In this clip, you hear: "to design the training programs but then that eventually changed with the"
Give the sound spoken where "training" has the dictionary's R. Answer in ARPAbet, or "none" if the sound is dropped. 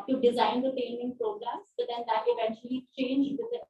none